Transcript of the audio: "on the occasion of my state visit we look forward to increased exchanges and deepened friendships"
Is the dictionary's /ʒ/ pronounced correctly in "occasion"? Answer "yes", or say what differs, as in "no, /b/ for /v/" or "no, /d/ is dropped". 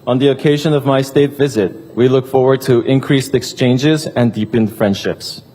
yes